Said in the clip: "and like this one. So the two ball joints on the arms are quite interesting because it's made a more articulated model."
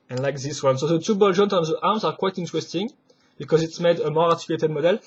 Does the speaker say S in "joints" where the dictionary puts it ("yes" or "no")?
no